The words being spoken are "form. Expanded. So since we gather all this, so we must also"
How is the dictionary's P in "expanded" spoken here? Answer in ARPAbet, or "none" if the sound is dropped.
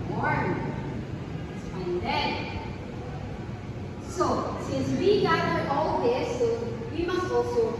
F